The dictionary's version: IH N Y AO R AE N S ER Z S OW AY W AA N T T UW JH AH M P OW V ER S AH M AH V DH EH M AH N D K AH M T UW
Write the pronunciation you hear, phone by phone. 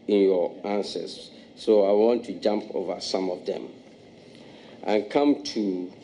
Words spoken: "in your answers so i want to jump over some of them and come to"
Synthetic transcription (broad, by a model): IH N Y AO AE N S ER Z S OW AY W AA N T T UW JH AH M P OW V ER S AH M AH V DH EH M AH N K AH M T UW